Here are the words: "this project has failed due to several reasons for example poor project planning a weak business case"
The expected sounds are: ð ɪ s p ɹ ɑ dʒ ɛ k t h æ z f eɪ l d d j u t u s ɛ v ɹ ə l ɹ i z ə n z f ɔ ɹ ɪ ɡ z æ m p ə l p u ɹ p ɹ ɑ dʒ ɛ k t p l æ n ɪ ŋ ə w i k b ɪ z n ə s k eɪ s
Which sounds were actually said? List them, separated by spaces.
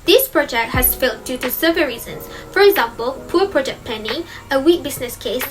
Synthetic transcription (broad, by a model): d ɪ s p ɹ ɑ dʒ ɛ k t h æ s f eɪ l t d j u t u s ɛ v ə ɹ i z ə n s f ɔ ɹ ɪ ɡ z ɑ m p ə l p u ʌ p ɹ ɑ dʒ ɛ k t p ɛ n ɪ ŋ ə w i k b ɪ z n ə s k eɪ s